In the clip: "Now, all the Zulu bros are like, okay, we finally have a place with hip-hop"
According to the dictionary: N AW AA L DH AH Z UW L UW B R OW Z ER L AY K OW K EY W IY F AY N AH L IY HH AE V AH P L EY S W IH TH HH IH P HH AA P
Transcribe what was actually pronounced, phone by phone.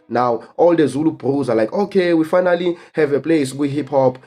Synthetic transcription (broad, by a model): N AW AA L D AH Z UW L UW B R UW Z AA L AY K OW K EY W IY F AY N AH L IY HH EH V AH P L EY S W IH HH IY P HH AA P